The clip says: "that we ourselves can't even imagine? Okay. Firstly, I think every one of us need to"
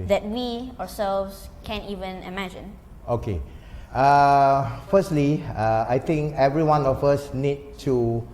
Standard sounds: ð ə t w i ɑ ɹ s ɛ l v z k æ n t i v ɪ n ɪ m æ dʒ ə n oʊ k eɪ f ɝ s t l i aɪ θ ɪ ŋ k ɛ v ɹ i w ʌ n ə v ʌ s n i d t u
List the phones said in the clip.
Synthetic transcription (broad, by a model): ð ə t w i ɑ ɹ s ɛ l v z k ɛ n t i v ɪ n ɪ m æ dʒ ə n oʊ k eɪ f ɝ s t l i aɪ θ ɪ ŋ k ɛ v ɹ i w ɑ n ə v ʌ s n i d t u